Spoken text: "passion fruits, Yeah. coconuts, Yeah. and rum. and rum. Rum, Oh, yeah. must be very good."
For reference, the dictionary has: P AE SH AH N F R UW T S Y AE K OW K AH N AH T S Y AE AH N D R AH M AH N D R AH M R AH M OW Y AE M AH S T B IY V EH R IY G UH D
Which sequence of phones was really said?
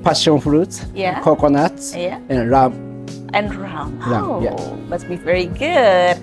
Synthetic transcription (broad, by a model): P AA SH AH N F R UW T Y AE K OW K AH N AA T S Y AE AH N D R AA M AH N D R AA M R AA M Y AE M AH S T B IY V EH R IY G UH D